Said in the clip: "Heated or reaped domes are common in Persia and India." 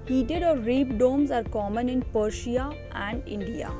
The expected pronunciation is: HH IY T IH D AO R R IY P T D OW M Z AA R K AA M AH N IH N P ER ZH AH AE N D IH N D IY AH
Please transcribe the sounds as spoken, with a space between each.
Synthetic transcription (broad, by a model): HH IY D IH D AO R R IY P D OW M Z AA R K AA M AH N IH N P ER SH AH AE N D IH N D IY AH